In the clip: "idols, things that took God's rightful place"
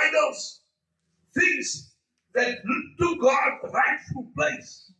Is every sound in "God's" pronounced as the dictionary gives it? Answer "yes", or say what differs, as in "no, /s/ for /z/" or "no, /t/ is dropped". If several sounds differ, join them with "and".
no, /z/ is dropped